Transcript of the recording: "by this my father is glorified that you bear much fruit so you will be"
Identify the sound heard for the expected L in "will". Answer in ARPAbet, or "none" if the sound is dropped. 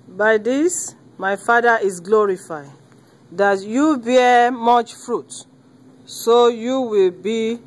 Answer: L